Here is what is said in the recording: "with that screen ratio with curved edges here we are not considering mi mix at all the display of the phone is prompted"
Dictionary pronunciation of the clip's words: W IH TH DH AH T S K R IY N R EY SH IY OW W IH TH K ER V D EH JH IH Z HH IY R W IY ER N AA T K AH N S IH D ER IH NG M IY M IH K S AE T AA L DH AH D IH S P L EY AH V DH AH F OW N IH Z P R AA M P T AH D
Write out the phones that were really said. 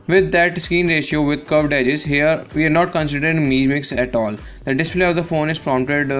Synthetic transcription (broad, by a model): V IH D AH T S K IY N R EY SH IY OW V IH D K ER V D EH JH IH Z HH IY R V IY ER N AA T K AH N S IH D ER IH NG M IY M IH K S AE T AA L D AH D IH S P L EY AH V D AH F OW N IH Z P R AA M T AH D